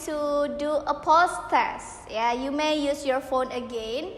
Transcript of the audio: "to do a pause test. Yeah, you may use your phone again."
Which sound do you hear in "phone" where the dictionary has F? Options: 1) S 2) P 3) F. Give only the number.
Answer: 3